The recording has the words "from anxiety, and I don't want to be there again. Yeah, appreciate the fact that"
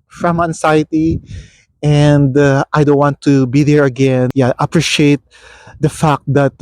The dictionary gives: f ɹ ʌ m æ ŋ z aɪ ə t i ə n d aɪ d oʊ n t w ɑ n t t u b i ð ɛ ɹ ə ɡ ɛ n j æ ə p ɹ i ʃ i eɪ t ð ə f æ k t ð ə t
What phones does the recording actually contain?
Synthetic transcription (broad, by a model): f ɹ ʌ m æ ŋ s aɪ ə t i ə n d aɪ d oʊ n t w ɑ n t t u b i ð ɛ ɹ ə ɡ ɛ n j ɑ ə p ɹ i ʃ i eɪ t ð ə f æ k t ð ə t